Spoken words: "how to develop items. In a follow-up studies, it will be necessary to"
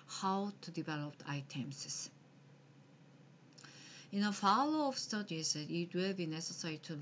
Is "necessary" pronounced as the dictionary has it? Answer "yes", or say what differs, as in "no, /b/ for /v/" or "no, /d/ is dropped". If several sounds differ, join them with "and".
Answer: yes